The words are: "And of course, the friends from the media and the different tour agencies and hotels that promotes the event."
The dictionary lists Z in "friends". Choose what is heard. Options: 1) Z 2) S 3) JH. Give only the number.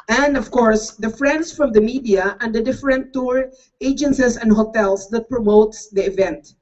2